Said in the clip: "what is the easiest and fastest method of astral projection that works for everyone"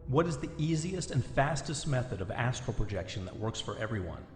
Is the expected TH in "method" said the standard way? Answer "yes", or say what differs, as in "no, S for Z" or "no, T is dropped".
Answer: yes